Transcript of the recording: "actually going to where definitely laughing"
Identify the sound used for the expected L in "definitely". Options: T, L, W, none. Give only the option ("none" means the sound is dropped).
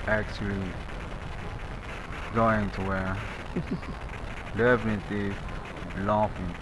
none